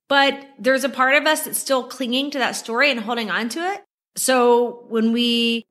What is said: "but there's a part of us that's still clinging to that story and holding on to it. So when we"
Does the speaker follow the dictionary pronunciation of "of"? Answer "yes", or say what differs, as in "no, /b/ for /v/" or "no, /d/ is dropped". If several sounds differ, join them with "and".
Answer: yes